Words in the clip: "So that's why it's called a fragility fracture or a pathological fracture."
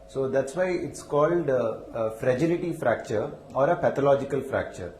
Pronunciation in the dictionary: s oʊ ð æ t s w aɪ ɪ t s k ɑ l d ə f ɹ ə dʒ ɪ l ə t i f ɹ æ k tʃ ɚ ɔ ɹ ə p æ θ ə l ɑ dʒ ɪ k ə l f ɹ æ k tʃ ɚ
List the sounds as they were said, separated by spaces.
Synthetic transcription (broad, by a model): s oʊ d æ t s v aɪ ɪ t s k ɑ l d ə f ɹ ə dʒ ɪ l ə t i f ɹ æ k tʃ ɚ ɔ ɹ ə p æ t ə l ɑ dʒ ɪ k ə l f ɹ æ k tʃ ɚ